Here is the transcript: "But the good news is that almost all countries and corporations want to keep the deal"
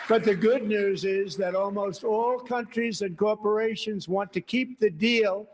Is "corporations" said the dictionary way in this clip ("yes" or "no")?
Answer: yes